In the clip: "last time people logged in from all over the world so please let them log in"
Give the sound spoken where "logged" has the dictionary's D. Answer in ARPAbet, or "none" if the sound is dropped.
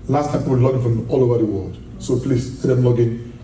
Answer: none